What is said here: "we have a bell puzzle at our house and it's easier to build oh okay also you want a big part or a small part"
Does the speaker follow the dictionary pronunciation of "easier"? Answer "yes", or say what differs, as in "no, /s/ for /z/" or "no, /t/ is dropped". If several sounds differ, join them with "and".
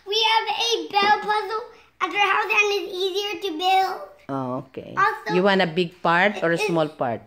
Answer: yes